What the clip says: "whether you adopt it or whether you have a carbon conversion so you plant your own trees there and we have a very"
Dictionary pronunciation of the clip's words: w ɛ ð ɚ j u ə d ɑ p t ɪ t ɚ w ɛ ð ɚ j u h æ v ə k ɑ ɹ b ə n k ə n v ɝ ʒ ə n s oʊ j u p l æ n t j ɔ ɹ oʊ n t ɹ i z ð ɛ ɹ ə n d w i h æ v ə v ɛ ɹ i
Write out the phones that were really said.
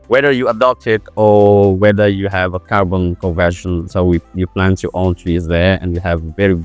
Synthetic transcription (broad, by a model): w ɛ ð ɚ j u ə d ɑ p t ɪ t ɚ w ɛ ð ɚ j u h æ v ə k ɑ ɹ b ə n k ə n v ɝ ʃ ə n s oʊ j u p l æ n t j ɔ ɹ oʊ n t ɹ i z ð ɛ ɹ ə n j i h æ v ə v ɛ ɹ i